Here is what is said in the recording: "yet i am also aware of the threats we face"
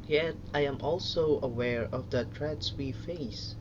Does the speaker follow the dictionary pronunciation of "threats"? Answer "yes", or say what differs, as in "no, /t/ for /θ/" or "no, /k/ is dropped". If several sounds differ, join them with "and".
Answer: no, /t/ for /θ/